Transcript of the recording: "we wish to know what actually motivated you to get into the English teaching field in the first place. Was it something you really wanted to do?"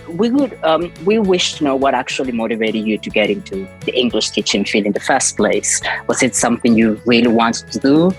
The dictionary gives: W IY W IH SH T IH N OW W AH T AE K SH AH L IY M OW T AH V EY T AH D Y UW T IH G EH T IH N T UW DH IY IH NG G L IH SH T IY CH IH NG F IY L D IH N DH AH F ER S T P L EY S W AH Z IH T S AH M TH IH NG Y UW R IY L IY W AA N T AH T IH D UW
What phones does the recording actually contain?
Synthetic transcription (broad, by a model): W IY W IH SH T IH N OW W AH T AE K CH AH L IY M OW T AH V EY T AH D Y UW T IH G EH T IH N T UW DH IY IH NG G L IH SH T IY CH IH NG F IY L IH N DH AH F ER S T P L EY S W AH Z IH T S AH M TH IH NG Y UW R IY L IY W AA N T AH T IH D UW